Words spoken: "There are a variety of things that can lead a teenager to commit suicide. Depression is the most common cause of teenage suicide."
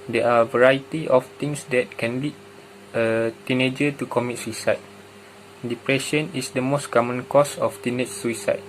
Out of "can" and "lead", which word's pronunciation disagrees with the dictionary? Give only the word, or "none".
lead